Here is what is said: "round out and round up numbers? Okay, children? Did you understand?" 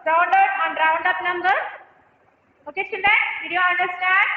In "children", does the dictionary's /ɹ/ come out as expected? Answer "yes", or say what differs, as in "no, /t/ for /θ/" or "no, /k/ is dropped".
no, /ɹ/ is dropped